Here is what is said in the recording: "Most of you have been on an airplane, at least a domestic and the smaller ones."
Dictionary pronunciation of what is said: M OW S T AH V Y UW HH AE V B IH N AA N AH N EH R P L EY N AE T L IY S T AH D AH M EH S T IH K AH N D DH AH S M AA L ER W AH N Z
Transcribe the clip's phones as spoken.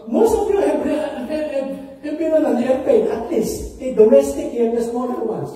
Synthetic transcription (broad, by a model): M OW S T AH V Y UW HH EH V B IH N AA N AH N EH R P EY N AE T L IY S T AH D AH M EH S T IH K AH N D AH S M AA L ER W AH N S